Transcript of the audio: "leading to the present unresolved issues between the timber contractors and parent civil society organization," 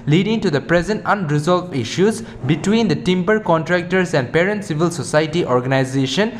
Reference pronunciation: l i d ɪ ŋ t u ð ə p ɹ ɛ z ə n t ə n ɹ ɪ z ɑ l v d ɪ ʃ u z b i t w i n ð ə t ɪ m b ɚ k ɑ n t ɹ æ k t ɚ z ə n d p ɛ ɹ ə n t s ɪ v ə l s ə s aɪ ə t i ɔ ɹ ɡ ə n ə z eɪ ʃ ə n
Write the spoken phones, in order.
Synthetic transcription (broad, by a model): l i d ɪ ŋ t u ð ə p ɹ ɛ z ə n t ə n ɹ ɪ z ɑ l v ɪ ʃ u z b i t w i n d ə t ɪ m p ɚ k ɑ n t ɹ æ k t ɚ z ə n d p ɛ ɹ ə n t s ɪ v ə l s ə s aɪ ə t i ɔ ɹ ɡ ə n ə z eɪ ʃ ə n